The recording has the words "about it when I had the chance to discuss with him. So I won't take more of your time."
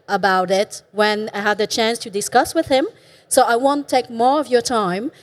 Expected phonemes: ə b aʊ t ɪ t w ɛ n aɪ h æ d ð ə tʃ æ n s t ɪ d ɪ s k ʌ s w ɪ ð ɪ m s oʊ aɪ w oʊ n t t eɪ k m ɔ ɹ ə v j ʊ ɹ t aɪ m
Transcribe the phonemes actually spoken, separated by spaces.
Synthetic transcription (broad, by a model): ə b aʊ t ɪ t w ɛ n aɪ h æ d ð ə tʃ æ n s t ɪ d ɪ s k ʌ s w ɪ ð ɪ m s oʊ aɪ w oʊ n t t eɪ k m ɔ ɹ ə v j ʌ ɹ t aɪ m